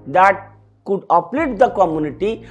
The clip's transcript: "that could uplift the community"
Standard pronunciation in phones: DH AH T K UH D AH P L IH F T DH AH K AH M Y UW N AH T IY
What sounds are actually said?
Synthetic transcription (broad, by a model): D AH T K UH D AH P L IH T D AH K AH M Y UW N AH T IY